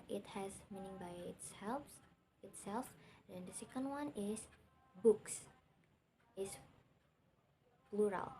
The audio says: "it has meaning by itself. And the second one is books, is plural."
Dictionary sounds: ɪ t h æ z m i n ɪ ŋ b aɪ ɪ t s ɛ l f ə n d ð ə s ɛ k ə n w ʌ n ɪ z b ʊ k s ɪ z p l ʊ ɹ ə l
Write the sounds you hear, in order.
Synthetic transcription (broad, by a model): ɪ t h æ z m i n ɪ ŋ b aɪ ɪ t s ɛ l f ə n d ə s ɛ k ə n w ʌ n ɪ s b ʊ k s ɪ s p l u ɹ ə l